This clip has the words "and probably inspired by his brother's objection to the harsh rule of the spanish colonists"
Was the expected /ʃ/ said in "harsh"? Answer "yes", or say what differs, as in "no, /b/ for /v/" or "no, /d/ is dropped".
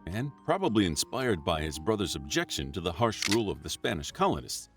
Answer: yes